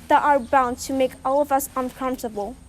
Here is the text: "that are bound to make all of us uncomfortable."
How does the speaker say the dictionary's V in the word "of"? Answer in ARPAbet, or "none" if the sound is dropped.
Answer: V